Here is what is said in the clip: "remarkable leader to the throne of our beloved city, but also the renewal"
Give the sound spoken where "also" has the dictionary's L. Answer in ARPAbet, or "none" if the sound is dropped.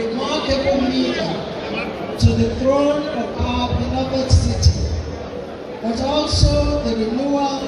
L